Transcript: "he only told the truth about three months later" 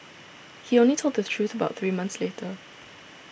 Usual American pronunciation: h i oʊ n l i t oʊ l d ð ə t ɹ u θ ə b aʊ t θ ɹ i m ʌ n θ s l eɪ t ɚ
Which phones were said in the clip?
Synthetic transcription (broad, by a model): h i oʊ n l i t oʊ l d ð ə t ɹ u θ ə b aʊ t θ ɹ i m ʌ n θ s l eɪ t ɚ